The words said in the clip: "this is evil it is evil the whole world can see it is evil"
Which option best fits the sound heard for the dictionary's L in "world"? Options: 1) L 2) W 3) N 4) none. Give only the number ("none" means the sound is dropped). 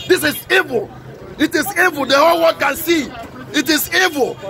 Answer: 4